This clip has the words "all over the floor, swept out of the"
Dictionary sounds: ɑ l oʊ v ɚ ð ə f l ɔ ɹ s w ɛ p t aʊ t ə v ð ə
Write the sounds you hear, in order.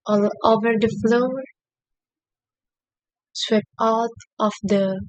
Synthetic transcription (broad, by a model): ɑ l oʊ v ɚ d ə f l ɔ ɹ s w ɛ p aʊ t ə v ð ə